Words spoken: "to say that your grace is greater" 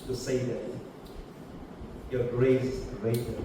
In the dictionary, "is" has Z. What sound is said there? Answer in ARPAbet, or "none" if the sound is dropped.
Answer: S